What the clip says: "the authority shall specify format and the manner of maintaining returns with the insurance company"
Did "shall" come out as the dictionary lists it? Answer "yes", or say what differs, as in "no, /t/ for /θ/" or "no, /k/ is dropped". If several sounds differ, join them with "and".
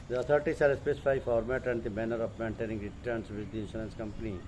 no, /s/ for /ʃ/